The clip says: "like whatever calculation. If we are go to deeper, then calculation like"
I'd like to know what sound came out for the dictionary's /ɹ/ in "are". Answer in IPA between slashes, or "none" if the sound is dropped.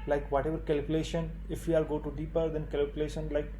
/l/